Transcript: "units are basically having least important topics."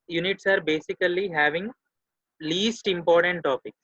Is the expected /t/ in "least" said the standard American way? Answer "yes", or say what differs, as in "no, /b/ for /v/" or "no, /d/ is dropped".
yes